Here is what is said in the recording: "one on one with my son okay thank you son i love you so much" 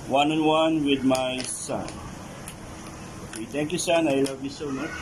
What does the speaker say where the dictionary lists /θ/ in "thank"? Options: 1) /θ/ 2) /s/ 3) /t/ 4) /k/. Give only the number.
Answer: 3